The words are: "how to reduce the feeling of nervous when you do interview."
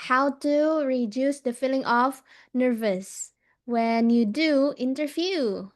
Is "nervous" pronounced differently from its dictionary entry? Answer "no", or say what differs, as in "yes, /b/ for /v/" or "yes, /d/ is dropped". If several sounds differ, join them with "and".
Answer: no